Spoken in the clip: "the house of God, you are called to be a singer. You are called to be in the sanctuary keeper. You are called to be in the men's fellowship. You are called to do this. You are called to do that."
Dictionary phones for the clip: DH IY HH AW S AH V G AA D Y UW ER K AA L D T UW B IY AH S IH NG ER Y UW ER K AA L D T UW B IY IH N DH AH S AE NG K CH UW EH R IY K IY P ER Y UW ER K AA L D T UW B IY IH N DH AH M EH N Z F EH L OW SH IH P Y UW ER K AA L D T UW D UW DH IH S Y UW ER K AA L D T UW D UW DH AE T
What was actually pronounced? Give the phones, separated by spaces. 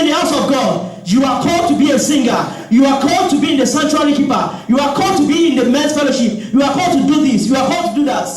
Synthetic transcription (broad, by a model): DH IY HH AW S AH V G AA D Y UW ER K AA L D T UW B IY AH S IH NG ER Y UW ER K AA L D T UW B IY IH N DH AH S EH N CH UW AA L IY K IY P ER Y UW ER K AA L D T UW B IY IH N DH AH M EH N S F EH L OW SH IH P Y UW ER K AA L D T UW D UW DH IH S Y UW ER K AA L D T UW D UW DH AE T